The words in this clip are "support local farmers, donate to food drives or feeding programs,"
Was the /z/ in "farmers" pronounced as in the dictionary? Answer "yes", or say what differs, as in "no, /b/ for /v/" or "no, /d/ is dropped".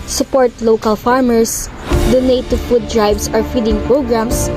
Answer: no, /s/ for /z/